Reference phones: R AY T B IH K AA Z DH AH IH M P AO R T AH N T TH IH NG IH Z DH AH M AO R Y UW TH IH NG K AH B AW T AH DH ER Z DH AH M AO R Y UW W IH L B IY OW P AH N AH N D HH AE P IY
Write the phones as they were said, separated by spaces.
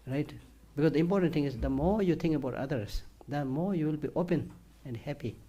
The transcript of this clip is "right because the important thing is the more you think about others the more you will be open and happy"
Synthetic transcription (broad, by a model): R AY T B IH K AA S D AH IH M P AO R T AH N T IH NG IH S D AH M AO R Y UW T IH NG K AH B AW T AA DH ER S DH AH M AO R Y UW W IH L B IY OW P AH N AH N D HH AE P IY